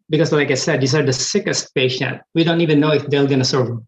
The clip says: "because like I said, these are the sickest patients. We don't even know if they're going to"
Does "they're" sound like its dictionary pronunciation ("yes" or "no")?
no